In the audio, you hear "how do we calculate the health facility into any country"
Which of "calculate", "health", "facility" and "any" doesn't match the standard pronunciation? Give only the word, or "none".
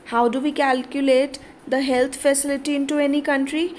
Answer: health